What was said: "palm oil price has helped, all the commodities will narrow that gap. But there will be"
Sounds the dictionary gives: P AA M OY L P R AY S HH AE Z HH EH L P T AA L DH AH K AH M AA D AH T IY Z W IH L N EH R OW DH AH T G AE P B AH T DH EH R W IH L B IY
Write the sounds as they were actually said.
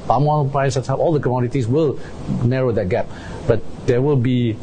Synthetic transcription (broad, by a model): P AA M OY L P R AY S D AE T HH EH P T AA L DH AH K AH M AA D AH T IY S W IH L N EH R OW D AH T G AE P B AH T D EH W IH L B IY